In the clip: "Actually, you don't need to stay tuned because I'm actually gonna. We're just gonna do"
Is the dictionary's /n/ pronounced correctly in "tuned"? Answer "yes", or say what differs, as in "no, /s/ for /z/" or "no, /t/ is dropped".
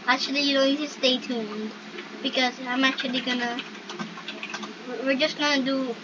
yes